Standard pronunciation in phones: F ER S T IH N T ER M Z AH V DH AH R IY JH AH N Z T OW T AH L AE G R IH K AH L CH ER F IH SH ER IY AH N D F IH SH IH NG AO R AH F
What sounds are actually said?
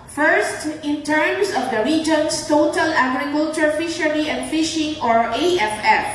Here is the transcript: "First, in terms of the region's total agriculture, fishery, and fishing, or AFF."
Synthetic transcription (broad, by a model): F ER S T IH N T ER M S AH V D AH R IY JH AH N S T OW T AH L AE G R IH K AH L CH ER F IH SH ER IY AH N D F IH SH IH NG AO R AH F